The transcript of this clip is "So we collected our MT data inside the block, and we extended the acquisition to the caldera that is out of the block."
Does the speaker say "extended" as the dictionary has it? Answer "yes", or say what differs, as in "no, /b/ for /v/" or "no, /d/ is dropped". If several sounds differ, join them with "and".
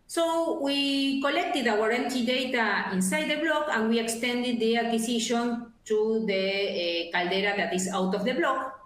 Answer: yes